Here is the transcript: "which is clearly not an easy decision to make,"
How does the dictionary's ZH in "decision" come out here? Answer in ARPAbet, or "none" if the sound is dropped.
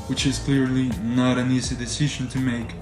ZH